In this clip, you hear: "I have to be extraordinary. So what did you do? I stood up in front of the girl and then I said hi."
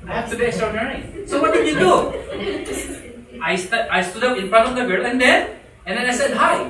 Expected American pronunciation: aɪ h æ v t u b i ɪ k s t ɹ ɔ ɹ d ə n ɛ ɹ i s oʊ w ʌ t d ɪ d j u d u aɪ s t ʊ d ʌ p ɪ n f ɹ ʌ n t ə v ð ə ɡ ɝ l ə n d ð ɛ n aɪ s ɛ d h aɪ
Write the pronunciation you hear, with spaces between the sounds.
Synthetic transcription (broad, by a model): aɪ h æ f t u b i ɪ k s t ɹ ɔ ɹ d ə n ɛ ɹ i s oʊ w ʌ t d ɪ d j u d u aɪ s t ʊ d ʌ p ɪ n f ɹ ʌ t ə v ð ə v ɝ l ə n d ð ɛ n aɪ s ɛ d h aɪ